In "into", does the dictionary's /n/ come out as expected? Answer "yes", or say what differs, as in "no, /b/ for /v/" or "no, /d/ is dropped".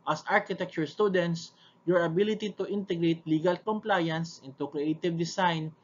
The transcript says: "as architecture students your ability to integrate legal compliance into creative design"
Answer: yes